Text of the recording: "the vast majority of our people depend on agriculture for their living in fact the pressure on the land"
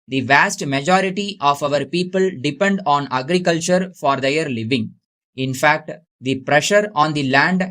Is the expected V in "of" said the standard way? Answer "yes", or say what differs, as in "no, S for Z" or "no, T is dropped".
yes